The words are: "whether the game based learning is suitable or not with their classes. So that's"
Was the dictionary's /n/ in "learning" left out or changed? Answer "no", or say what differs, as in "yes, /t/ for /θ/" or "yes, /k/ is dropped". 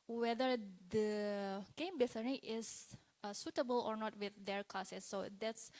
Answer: yes, /n/ is dropped